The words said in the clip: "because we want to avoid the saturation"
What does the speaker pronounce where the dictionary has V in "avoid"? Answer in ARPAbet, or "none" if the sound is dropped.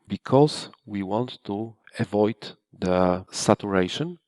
V